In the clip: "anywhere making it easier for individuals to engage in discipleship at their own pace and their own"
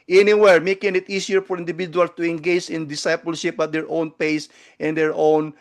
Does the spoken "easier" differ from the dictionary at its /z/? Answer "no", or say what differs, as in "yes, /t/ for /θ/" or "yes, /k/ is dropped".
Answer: yes, /s/ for /z/